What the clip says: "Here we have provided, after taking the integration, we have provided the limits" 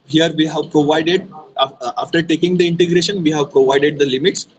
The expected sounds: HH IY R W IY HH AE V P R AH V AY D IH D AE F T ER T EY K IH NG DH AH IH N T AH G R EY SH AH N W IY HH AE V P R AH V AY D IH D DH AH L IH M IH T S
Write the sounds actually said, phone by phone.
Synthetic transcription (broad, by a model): HH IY R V IY HH AE V P R AH V AY D IH D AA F T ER T EY K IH NG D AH IH N T AH G R EY SH AH N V IY HH AE V P R AH V AY D IH D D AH L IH M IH T S